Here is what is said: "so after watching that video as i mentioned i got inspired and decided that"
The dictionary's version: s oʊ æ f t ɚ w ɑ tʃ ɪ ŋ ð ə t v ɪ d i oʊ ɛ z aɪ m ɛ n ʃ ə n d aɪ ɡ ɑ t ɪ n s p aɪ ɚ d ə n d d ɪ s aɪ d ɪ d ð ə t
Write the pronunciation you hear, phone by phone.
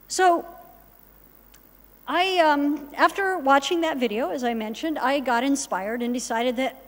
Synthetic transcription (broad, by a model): s oʊ æ f t ɚ w ɑ tʃ ɪ ŋ ð ə t v ɪ d i oʊ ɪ z aɪ m ɛ n ʃ ə n d aɪ ɡ ɑ t ɪ n s p aɪ ɚ d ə n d d ɪ s aɪ d ɪ d ð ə t